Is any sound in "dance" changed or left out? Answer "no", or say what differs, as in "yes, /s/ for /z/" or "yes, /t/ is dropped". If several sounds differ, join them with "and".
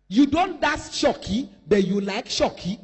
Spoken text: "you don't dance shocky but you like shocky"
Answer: yes, /n/ is dropped